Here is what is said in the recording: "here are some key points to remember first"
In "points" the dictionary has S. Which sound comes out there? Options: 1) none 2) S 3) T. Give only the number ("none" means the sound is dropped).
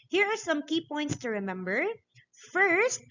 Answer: 2